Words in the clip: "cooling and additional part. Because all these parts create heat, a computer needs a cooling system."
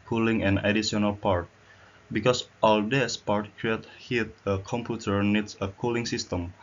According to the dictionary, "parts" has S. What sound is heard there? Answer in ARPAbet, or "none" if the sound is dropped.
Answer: none